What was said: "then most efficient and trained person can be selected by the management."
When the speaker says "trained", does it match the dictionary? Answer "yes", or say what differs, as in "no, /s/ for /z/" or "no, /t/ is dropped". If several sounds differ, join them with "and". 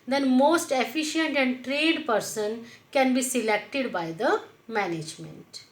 no, /n/ is dropped